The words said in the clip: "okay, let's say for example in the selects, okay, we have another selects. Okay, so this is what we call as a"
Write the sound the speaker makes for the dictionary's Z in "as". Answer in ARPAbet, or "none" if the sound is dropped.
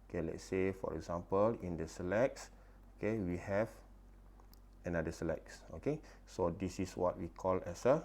S